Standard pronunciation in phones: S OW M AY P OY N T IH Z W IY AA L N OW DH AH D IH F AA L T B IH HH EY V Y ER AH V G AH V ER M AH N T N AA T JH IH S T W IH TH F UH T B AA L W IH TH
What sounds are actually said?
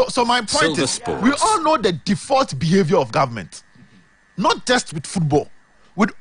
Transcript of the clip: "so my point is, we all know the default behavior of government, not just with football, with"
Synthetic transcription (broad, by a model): S OW M AY P OY T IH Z W IY AA L N OW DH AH D IH F AA L T B IH HH EY V Y ER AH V G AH V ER M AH N T N AA T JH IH S T W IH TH F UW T B AA L W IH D